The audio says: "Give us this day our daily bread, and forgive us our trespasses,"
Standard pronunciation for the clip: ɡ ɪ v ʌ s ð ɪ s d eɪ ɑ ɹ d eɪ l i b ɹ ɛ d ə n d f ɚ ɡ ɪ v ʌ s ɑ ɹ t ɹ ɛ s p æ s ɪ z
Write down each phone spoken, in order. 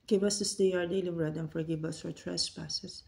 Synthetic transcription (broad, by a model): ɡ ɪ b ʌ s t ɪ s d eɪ ɑ ɹ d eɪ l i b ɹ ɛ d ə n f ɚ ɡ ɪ b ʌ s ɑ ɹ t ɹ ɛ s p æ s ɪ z